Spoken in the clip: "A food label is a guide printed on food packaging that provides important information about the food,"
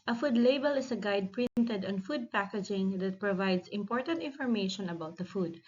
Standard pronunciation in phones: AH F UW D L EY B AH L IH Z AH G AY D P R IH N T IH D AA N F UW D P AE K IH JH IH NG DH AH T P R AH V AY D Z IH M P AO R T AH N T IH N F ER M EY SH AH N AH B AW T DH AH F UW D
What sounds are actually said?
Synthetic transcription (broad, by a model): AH F UW D L EY B AH L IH S AH G AY D P R IH N T IH D AA N F UW D P AE K IH JH IH NG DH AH T P R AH V AY D S IH M P AO R T AH N T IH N F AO M EY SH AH N AH B AW T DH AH F UW D